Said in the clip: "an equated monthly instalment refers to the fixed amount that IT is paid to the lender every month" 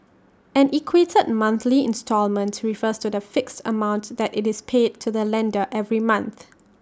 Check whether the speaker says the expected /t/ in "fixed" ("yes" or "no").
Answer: yes